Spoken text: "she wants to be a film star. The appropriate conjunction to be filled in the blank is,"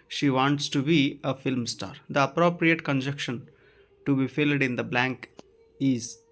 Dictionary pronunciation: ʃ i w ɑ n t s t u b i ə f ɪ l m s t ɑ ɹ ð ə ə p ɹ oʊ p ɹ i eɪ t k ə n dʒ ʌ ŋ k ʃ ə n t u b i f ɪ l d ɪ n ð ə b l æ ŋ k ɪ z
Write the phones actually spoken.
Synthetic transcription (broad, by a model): ʃ i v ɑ n t s t u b i ə f ɪ l m s t ɑ ɹ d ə ə p ɹ oʊ p ɹ i eɪ t k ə n dʒ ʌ k ʃ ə n t u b i f ɪ l d ɪ n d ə b l æ ŋ k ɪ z